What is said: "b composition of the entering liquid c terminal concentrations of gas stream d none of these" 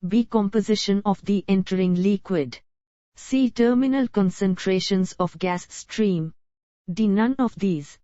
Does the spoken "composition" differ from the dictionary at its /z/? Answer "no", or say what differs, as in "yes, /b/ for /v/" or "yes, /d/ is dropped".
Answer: no